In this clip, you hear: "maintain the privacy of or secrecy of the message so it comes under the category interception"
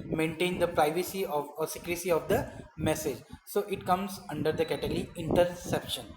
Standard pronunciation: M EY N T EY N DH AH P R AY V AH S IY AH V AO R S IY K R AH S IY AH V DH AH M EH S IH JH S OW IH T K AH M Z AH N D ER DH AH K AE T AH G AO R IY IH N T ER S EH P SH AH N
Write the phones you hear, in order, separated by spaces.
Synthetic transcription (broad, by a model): M EY N T EY N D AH P R AY V AH S IY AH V AO R S IY K R AH S IY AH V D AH M EH S IH JH S OW IH T K AH M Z AH N D ER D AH K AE T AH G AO R IY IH N T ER S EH P SH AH N